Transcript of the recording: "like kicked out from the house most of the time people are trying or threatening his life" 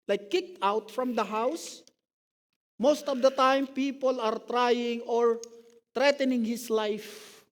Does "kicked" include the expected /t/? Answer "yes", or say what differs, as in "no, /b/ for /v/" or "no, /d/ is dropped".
yes